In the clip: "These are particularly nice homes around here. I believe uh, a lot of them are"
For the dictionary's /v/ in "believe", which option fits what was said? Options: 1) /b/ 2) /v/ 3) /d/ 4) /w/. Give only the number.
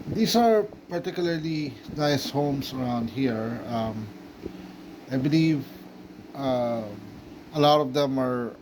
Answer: 2